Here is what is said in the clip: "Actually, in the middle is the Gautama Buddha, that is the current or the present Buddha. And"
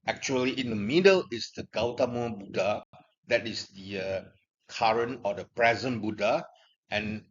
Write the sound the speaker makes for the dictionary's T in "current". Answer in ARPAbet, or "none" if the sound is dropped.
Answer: none